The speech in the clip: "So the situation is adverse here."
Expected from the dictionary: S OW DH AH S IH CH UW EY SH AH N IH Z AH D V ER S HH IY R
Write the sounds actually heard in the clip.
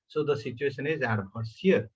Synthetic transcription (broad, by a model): S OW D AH S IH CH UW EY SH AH N IH Z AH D B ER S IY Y